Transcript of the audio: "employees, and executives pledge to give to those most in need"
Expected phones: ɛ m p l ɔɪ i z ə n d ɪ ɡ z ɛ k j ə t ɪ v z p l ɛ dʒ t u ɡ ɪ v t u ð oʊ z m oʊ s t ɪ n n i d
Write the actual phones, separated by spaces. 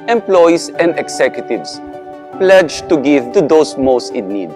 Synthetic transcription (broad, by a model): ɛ m p l ɔɪ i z ə n d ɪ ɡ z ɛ k j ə t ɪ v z p l ɛ dʒ t u ɡ ɪ v t u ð oʊ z m oʊ s t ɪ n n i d